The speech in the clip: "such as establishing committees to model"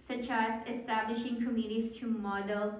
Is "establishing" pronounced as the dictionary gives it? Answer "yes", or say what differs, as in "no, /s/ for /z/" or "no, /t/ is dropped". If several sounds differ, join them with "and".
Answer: yes